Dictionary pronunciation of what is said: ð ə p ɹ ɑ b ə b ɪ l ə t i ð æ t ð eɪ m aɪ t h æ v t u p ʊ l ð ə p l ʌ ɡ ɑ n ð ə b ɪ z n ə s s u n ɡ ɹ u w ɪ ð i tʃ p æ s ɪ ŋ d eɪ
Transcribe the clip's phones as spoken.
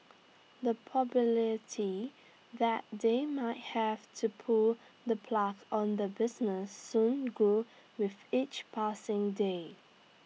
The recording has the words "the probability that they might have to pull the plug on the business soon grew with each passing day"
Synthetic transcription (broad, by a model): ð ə p ɑ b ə l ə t i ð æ t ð eɪ m aɪ t h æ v t u p ʊ l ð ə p l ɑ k ɑ n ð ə b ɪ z n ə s s u n ɡ u w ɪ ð i tʃ p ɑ s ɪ ŋ d eɪ